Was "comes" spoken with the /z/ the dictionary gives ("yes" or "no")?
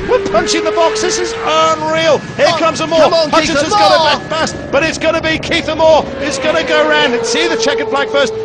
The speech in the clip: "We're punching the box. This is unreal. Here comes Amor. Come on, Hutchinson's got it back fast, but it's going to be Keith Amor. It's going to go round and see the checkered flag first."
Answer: yes